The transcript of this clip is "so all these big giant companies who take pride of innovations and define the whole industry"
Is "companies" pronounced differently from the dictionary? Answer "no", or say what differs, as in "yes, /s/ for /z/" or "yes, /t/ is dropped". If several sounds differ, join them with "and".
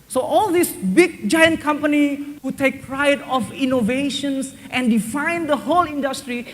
yes, /z/ is dropped